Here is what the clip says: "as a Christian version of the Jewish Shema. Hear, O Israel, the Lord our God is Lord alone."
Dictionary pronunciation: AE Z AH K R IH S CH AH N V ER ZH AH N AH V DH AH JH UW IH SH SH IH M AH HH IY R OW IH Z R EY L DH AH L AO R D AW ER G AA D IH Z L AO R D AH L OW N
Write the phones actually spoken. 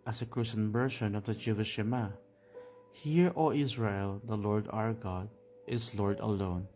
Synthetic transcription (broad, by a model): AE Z AH K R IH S AH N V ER SH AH N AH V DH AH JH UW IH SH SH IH M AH HH IY R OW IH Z R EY L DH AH L AO R D AW ER G AA D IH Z L AO R D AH L OW N